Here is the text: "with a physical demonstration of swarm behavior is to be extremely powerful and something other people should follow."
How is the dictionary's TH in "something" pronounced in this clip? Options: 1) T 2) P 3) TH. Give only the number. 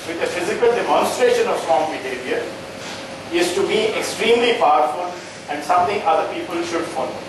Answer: 1